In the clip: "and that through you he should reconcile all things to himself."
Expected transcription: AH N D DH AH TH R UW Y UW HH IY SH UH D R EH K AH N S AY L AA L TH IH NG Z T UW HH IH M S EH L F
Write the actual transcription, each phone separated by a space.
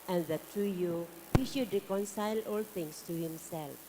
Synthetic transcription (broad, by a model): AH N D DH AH T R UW Y UW HH IY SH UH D R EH K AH N S AY L AA L T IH NG S T UW HH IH M S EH L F